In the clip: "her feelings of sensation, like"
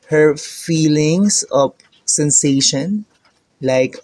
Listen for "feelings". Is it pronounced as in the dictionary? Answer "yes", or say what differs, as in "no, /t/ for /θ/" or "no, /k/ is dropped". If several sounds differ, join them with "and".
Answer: no, /s/ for /z/